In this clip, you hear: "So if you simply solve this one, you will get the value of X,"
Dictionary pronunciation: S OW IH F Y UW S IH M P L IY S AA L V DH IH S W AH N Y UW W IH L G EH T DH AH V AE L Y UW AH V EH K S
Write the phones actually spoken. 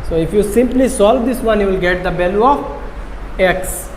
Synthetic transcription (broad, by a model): S OW IH F Y UW S IH M P L IY S AA L V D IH S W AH N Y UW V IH L G EH T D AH B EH L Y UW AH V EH K S